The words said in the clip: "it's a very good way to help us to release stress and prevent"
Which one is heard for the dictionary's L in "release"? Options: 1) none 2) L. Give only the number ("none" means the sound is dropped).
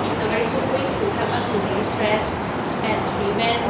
1